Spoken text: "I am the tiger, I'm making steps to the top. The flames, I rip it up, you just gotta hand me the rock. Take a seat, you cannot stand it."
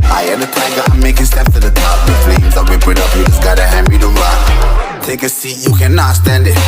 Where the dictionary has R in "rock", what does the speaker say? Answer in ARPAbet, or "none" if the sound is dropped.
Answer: L